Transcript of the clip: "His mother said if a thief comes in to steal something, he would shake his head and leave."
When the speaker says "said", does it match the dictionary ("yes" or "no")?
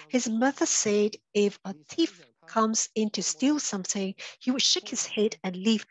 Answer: yes